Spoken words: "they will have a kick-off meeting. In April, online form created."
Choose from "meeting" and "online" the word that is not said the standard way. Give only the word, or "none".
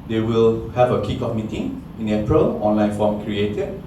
none